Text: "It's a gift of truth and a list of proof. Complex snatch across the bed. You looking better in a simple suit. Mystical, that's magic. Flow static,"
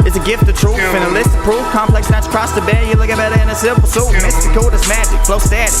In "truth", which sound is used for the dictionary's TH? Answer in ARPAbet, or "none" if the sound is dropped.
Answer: F